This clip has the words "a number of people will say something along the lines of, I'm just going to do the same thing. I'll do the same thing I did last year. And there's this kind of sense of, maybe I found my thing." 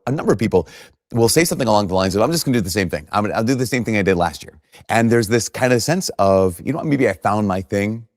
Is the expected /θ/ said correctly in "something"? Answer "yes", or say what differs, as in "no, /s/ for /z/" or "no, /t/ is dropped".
yes